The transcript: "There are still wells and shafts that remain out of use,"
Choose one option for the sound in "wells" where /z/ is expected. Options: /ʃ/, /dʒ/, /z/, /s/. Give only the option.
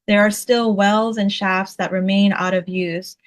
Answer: /z/